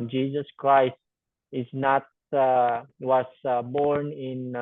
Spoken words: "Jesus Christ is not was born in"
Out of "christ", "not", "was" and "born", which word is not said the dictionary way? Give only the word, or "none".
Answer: was